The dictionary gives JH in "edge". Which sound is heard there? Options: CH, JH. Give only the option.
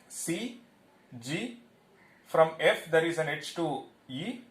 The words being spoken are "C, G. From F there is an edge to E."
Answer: CH